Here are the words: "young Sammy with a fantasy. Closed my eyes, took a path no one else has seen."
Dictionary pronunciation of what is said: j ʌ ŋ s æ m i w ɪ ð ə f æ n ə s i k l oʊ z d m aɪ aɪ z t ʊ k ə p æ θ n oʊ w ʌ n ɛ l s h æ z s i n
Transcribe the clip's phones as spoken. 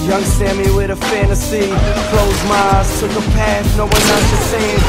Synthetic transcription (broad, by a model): j ʌ ŋ s æ m i w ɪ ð ə f æ n ə s i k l oʊ z m aɪ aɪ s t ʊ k ə p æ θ n oʊ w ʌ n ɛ s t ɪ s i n